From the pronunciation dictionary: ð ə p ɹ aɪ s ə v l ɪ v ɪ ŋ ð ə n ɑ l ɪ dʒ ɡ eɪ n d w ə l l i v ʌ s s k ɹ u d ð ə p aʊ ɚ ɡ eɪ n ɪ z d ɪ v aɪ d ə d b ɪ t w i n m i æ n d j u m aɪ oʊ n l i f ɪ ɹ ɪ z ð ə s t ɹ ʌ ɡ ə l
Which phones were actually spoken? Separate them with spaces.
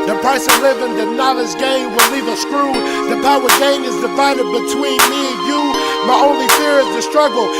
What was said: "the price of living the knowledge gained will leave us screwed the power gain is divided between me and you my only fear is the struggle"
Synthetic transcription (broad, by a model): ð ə p ɹ aɪ s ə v l ɪ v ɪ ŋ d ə n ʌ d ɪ z ɡ eɪ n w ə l l i v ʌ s s k ɹ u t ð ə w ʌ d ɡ eɪ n ɪ z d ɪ f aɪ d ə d b ɪ t w i n m i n j u m aɪ oʊ n l i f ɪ ɹ ɪ z ð ə s t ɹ ʌ ɡ l